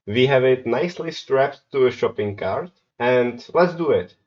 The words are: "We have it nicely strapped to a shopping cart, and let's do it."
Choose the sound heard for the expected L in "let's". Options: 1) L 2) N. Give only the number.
1